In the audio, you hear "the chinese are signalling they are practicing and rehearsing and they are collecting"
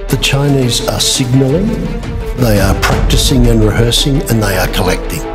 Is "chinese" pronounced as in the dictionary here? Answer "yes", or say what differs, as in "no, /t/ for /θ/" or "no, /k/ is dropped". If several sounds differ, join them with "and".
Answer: yes